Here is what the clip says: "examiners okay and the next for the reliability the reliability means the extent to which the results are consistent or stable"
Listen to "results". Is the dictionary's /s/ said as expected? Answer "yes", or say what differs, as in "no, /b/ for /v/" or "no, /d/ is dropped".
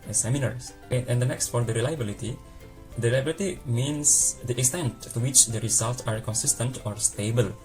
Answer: no, /s/ is dropped